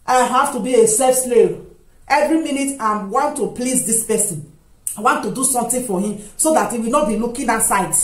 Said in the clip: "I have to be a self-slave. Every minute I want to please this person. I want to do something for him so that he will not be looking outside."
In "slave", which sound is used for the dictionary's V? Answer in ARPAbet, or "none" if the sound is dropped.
none